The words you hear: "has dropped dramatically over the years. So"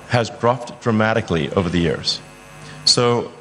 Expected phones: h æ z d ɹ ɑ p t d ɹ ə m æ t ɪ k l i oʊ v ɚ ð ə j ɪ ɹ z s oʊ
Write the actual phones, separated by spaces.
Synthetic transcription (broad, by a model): h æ z d ɹ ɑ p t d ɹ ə m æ t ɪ k l i oʊ v ɚ ð ə j ɪ ɹ z s oʊ